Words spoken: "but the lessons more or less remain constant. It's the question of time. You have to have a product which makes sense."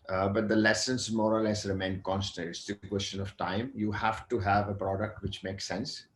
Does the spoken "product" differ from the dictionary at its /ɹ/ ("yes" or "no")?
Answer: no